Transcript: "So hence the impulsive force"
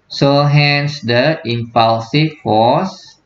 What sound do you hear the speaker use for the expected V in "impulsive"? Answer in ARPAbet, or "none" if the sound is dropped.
F